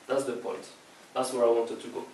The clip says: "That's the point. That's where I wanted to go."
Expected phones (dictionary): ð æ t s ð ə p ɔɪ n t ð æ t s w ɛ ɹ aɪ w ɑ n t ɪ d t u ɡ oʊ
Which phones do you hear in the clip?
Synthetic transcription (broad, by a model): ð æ t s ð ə p ɔɪ n t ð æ t s w ɛ ɹ aɪ w ɑ n t ɪ d t u ɡ oʊ